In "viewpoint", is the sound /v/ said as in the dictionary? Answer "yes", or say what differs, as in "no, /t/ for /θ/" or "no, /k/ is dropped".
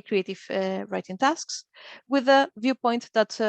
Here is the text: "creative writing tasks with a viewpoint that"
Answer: yes